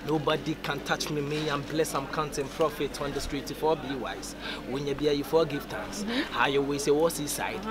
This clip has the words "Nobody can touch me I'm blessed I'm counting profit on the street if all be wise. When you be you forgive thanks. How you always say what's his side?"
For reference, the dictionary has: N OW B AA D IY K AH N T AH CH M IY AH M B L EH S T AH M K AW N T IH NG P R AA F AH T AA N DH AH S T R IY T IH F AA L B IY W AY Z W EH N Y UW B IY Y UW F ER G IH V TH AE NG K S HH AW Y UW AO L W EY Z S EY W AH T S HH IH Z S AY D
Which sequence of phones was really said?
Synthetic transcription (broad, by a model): N OW B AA D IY K AH N T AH CH M IY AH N B L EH S AH M K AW N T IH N P R AA F AH T AA N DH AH S T R IY T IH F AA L B IY W AY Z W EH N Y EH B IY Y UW F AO G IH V T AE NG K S HH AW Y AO W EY S EY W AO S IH S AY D